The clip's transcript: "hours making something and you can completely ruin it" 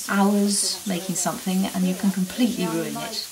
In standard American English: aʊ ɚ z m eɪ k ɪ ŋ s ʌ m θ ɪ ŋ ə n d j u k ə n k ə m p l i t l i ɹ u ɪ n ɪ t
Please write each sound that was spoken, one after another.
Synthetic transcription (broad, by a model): aʊ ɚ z m eɪ k ɪ ŋ s ʌ m θ ɪ ŋ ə n j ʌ k ə n k ə m p l i t l i ɹ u ɪ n ɪ t